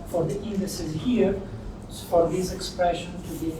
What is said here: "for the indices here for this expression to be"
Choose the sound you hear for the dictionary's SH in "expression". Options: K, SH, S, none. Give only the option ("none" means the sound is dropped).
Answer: SH